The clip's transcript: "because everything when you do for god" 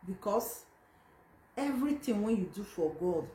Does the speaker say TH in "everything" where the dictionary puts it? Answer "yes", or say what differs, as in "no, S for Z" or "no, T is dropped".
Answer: no, T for TH